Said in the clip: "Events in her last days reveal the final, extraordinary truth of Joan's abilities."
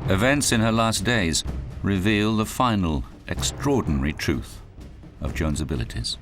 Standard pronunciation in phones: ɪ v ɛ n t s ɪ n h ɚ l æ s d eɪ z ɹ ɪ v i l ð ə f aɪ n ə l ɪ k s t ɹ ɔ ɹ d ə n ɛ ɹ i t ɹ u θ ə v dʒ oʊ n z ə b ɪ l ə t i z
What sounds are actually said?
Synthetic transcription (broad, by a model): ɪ v ɛ n t s ɪ n ɚ l æ s d eɪ z ɹ ɪ v i l ð ə f aɪ n l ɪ k s t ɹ ɔ ɹ d n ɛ ɹ i t ɹ u θ ə v dʒ oʊ n z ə b ɪ l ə t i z